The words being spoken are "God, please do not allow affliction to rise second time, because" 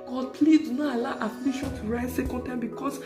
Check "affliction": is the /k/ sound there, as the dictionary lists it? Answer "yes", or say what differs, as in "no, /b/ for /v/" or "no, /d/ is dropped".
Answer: no, /k/ is dropped